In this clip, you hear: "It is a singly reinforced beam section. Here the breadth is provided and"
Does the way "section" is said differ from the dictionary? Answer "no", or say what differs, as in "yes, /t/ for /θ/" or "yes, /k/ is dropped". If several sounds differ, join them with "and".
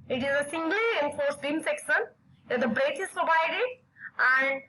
yes, /s/ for /ʃ/